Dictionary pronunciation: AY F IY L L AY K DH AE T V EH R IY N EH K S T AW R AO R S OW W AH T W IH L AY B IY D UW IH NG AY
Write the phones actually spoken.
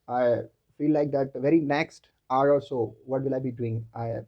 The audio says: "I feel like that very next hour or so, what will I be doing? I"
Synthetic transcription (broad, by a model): AY F IY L L AY K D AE T V EH R IY N EH K S T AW R AO L S OW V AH T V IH L AY B IY D UW IH NG AY